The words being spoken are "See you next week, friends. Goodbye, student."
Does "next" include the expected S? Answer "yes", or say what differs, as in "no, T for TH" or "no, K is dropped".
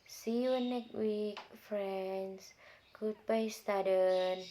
no, S is dropped